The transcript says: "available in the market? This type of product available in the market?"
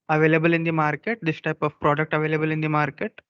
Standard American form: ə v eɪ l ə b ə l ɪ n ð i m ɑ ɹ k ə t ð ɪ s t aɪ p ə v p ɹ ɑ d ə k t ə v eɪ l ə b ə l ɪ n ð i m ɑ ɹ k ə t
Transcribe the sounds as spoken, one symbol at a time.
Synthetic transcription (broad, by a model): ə v eɪ l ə b ə l ɪ n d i m ɑ ɹ k ə t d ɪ s t aɪ p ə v p ɹ ɑ d ə k t ə v eɪ l ə b ə l ɪ n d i m ɑ ɹ k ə t